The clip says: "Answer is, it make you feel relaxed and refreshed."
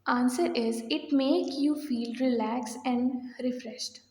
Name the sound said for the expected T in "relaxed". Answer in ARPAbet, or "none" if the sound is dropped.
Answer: none